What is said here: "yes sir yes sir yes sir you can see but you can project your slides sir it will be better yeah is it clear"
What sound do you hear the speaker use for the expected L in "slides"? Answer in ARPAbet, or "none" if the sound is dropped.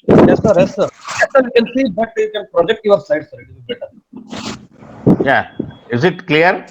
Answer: none